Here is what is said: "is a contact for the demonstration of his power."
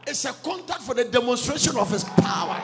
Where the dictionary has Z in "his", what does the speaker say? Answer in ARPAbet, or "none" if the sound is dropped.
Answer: S